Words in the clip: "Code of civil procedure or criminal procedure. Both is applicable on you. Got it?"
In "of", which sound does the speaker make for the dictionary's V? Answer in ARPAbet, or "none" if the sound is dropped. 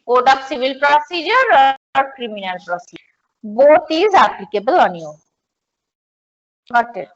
P